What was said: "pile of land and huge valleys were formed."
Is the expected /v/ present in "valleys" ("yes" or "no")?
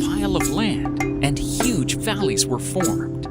yes